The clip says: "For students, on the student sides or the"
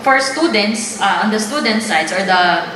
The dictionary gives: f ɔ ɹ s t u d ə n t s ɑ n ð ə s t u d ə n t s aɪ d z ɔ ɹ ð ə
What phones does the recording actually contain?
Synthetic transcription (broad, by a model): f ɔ ɹ s t u d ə n t s ɑ n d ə s t u d ə n t s aɪ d s ɔ ɹ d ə